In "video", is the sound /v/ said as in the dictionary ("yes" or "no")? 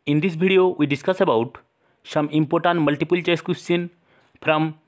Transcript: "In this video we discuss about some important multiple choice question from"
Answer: no